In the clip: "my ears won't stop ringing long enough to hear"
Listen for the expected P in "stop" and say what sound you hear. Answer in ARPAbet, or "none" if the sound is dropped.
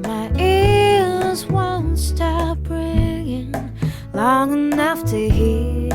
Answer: B